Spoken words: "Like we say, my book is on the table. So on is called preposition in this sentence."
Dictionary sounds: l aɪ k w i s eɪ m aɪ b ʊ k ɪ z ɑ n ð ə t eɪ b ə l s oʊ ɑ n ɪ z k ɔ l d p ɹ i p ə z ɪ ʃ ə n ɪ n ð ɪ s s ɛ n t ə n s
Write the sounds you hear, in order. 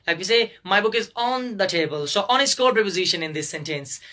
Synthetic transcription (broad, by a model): l aɪ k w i s eɪ m aɪ b ʊ k ɪ z ɑ n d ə t eɪ b ə l s oʊ ɑ n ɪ s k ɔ d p ɹ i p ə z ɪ ʃ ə n ɪ n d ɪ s s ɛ n t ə n s